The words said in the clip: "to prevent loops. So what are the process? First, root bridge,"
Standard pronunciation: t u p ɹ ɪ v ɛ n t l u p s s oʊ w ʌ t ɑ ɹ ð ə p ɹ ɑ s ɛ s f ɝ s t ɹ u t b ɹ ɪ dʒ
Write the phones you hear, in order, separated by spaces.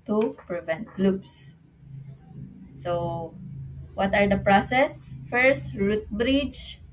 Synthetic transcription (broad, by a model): t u p ɹ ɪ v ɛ n t l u b s s oʊ w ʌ t ɑ ɹ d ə p ɹ ɑ s ɛ s f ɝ s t ɹ u t b ɹ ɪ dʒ